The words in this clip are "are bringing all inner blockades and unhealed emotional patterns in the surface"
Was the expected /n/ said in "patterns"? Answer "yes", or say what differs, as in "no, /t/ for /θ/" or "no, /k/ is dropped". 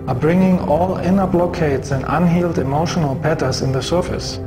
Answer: no, /n/ is dropped